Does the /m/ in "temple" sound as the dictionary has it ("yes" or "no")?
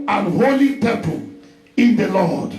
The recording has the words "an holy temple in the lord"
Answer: no